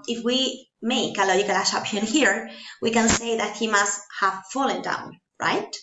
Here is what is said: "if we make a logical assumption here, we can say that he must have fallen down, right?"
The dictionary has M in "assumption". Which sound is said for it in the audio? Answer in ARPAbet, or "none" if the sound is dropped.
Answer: none